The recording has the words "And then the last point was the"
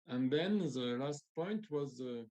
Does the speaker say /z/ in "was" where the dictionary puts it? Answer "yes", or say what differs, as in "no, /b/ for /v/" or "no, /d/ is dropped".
yes